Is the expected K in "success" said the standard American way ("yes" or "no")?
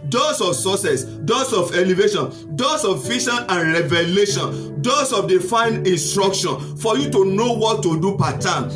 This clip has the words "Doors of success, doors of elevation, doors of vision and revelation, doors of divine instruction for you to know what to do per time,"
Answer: no